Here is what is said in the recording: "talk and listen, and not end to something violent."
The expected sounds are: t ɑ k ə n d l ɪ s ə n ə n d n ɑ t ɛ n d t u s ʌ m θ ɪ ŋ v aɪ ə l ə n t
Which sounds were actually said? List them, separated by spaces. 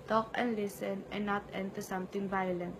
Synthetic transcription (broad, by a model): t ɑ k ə n l ɪ s ə n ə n n ɑ t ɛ n t u s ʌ m t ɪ ŋ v aɪ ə l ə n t